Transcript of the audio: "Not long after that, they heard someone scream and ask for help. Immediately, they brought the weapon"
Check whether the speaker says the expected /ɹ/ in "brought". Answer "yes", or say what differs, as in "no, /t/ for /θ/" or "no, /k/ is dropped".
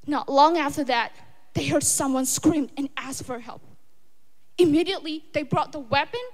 yes